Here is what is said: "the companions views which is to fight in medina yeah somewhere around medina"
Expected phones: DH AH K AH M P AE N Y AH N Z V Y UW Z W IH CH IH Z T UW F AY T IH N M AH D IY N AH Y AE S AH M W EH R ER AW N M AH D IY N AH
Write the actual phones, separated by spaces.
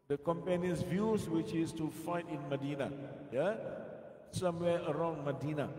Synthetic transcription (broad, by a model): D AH K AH M P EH N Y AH N S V Y UW S W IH CH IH S T UW F AY T IH N M AH D IY N AH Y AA S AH M W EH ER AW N M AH D IY N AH